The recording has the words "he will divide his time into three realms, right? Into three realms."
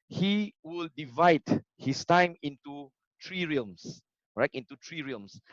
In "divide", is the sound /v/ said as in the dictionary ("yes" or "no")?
yes